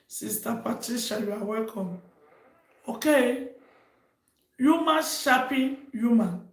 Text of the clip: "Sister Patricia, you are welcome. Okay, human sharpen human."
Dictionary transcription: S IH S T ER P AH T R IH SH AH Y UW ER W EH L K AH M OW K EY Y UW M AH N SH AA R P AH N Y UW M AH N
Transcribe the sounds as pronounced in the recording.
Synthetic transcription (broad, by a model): S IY S T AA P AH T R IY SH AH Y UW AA W EH L K AH M OW K EY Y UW M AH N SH AA P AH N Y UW M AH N